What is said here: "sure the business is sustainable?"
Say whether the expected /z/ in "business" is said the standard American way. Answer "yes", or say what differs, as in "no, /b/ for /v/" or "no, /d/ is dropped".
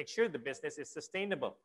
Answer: yes